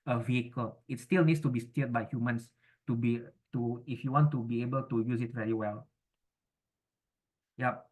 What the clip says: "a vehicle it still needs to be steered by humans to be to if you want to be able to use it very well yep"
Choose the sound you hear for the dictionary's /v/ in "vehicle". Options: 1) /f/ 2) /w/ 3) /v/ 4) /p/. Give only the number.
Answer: 3